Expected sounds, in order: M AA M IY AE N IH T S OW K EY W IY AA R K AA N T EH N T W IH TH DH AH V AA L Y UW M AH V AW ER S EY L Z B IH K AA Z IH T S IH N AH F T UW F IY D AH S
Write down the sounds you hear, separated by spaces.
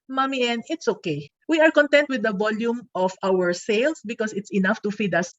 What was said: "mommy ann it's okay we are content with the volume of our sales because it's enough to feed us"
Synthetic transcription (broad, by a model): M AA M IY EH N IH T S OW K EY W IY AA R K AA N T EH N T W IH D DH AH V AA L Y UW M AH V AW ER S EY L S B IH K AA S IH T S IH N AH F T UW F IY D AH S